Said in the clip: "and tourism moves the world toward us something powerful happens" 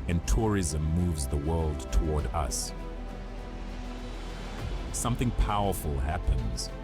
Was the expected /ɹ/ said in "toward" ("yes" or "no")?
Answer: yes